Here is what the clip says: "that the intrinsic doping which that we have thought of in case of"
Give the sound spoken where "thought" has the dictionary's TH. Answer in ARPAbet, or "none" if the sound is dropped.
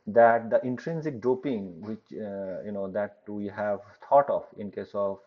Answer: T